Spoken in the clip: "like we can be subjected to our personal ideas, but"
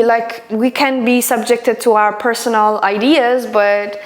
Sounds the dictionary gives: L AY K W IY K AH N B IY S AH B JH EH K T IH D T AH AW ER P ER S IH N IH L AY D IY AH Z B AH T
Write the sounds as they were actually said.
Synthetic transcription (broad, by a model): L AY K W IY K AH N B IY S AH B JH EH K T IH D T AH AW ER P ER S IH N L AY D IY AH Z B AH T